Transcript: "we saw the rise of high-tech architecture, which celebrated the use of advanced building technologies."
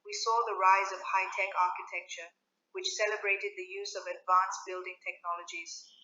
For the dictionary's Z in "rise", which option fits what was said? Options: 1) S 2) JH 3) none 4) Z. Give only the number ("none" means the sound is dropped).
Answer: 4